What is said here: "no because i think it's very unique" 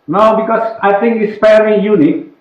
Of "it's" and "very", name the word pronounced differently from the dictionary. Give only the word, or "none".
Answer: very